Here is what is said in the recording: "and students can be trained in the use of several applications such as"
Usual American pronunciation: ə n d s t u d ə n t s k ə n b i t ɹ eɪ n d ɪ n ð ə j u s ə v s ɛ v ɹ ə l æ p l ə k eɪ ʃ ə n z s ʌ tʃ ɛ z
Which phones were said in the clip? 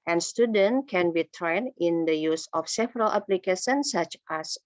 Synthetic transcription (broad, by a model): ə n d s t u d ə n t k ə n b i t ɹ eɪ n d ɪ n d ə j u s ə f s ɛ v ɹ ə l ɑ p l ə k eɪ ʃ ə n s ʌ tʃ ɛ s